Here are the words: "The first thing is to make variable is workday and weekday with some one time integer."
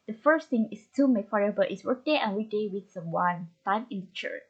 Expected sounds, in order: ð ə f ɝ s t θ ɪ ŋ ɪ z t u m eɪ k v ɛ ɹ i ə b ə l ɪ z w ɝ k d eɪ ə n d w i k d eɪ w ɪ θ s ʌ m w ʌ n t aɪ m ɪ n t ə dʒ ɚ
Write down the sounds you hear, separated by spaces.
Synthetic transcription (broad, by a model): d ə f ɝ s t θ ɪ ŋ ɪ s t u m eɪ k f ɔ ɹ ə b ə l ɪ s w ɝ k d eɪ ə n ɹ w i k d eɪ w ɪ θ s ʌ m w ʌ n t aɪ m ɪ n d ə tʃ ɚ